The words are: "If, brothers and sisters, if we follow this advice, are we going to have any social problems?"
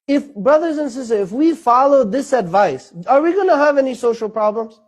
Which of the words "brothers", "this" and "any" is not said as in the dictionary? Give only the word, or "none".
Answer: none